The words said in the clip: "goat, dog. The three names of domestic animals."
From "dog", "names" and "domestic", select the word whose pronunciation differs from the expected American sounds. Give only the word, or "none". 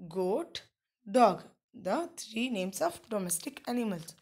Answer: names